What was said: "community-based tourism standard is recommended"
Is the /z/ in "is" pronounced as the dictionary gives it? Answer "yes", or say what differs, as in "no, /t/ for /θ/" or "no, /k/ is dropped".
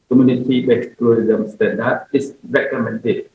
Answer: no, /s/ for /z/